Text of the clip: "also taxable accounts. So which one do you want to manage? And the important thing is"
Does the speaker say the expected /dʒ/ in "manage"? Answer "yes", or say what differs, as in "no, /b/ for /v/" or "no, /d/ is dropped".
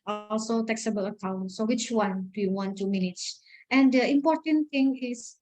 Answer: no, /tʃ/ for /dʒ/